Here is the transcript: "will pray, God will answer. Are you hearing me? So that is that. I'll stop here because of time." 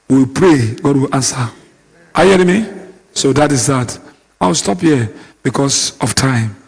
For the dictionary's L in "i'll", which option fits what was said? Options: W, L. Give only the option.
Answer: W